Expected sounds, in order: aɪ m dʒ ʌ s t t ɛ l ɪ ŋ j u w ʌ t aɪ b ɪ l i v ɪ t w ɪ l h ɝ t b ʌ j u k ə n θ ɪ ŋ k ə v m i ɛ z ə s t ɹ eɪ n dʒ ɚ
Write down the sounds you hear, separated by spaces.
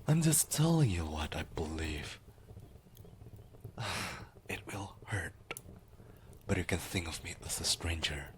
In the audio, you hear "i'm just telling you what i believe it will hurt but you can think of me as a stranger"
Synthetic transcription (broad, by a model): aɪ m dʒ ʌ s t t ɛ l ɪ ŋ j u w ʌ t aɪ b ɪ l i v ɪ t w ɪ l h ɝ t b ʌ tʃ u k ə n θ ɪ ŋ k ə v m i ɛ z ə s t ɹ eɪ n dʒ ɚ